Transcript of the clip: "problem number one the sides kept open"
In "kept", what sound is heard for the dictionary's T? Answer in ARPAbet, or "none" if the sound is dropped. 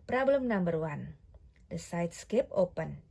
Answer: none